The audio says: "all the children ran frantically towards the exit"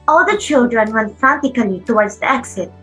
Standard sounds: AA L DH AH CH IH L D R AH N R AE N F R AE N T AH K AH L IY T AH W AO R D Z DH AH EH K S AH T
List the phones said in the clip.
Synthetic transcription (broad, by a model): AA L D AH CH IH L D R AH N W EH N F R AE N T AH K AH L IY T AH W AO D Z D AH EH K S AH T